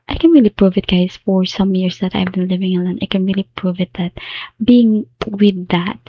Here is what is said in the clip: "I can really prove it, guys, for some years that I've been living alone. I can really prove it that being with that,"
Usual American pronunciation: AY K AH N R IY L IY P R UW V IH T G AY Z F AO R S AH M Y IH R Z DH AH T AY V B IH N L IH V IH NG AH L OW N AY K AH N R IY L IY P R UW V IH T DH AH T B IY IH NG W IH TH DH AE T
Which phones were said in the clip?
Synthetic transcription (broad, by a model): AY K AH N R IY L IY P R UW V IH T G AY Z F AO R S AH M Y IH R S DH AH T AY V B IH N L IH V IH NG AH L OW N AY K AH N R IY L IY P R UW V IH T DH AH T B IY IH NG W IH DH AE T